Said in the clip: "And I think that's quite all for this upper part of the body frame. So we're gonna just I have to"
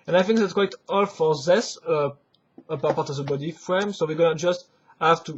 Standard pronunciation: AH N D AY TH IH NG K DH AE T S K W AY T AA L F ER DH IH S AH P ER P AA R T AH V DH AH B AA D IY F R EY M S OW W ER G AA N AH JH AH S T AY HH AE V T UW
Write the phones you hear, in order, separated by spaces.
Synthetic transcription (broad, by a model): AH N AY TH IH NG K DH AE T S K W AY T AA L F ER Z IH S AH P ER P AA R T AH V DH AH B AA D IY F R EY M S OW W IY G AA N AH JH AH S T HH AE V T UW